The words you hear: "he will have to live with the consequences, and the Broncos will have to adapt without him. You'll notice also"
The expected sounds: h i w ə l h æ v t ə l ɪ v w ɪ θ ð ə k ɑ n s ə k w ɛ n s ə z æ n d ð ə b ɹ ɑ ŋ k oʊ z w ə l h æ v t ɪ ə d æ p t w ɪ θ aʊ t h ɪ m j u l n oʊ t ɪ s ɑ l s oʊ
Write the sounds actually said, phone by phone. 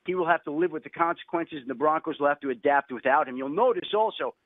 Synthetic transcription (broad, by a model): h i w ə l h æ f t ə l ɪ v w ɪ ð ə k ɑ n s ə k w ɛ n s ə z n ð ə b ɹ ɑ ŋ k oʊ z w ə l h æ f t ɪ ə d æ p t w ɪ θ aʊ t h ɪ m j u l n oʊ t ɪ s ɑ l s oʊ